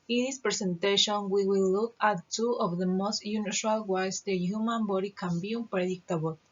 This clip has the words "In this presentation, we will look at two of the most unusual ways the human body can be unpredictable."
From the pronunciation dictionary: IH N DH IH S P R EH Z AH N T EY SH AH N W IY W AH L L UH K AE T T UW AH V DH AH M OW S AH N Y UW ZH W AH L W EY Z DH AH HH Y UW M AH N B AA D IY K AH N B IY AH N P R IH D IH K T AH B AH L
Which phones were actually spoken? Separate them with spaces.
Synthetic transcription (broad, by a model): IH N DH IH S P R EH S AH N T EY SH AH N W IY W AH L L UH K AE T T UW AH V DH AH M OW S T Y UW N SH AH L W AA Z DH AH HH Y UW M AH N B AA D IY K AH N B IY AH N P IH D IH K T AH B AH L